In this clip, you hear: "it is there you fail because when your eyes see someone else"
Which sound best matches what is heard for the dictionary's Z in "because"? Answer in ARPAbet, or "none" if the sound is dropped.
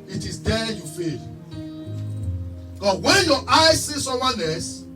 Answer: none